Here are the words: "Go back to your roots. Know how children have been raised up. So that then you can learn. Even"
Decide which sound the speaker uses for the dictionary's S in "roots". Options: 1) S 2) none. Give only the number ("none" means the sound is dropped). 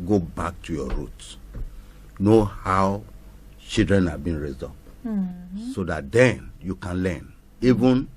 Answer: 2